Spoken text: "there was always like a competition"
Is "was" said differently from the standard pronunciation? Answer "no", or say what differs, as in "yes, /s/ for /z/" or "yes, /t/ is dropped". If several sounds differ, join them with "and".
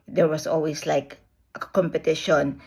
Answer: yes, /s/ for /z/